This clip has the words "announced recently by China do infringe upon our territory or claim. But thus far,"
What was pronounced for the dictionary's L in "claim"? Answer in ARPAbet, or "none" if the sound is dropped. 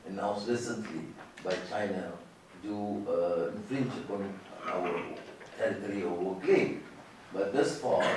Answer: none